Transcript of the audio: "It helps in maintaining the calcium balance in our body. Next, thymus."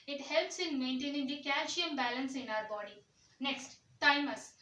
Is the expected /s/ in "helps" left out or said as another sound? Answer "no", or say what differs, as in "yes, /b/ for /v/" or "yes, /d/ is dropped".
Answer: no